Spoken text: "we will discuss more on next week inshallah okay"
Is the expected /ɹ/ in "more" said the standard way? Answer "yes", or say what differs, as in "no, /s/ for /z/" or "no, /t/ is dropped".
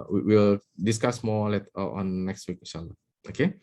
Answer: no, /l/ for /ɹ/